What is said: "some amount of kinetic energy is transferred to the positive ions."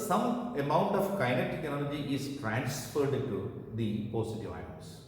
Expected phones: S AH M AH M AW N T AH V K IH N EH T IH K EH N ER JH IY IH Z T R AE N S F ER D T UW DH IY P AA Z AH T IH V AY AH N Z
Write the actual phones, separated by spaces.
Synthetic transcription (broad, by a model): S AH M AH M AW N T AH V K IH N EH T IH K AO L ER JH IY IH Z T R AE N S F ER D T UW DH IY P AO S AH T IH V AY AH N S